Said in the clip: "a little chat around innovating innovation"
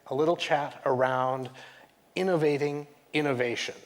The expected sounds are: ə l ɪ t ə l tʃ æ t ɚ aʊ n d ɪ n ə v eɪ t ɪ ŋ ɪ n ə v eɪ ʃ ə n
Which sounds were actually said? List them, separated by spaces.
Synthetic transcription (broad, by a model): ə l ɪ t l tʃ æ t ɚ aʊ n d ɪ n ə v eɪ t ɪ ŋ ɪ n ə v eɪ ʃ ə n